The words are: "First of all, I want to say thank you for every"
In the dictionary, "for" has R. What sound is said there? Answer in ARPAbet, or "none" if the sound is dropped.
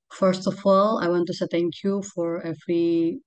R